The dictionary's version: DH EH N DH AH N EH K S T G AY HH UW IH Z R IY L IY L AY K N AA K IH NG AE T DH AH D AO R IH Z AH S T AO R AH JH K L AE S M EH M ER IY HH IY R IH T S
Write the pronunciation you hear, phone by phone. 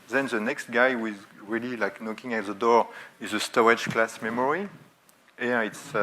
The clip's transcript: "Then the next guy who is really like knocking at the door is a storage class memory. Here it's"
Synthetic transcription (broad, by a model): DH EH N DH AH N EH K S T G AY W IH Z R IY L IY L AY K N AA K IH NG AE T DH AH D AO R IH Z AH S T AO AH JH K L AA S M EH M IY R IY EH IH T S